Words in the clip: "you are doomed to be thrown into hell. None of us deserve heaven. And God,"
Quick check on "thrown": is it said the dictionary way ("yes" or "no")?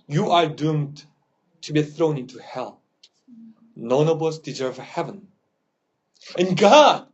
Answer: yes